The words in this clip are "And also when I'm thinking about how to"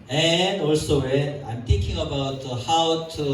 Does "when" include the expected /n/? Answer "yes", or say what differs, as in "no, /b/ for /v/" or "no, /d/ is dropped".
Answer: no, /n/ is dropped